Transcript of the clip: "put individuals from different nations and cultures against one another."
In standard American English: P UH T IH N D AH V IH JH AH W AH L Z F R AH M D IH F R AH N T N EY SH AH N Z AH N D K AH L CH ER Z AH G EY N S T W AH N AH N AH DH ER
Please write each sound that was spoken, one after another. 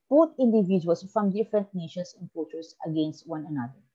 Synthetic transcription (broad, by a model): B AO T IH N D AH V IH JH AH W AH L S F R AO M D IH F R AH N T N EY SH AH N S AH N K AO CH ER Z AH G EY N S T W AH N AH N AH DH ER